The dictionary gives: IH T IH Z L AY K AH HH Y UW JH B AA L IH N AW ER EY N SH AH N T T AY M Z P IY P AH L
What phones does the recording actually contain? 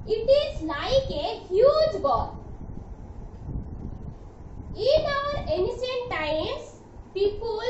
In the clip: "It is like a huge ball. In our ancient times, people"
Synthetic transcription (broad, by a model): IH T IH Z L AY K AH HH Y UW JH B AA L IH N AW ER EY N S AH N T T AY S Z P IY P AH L